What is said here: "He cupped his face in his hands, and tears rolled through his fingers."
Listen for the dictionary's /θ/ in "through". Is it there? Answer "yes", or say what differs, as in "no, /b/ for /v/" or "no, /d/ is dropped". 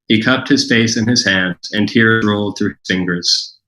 yes